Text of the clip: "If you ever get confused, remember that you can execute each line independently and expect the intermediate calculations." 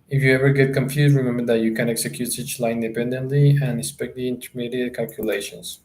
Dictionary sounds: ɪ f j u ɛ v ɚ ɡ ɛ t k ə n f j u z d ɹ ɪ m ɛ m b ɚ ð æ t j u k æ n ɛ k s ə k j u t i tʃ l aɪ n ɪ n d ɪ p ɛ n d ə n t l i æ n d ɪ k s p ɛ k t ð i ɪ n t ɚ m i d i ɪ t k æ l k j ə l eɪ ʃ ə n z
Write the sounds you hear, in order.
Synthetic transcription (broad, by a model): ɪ f j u ɛ v ɚ ɡ ɛ t k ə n f j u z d ɹ ɪ m ɛ m b ɚ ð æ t j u k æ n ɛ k s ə k j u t i tʃ l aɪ ɪ n d ɪ p ɛ n d ə n t l i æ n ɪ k s p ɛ k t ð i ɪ n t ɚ m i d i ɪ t k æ l k j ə l eɪ ʃ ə n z